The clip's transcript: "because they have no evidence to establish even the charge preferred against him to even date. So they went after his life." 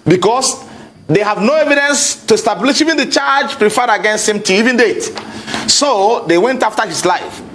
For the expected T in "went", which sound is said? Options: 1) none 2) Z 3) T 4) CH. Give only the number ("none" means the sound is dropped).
3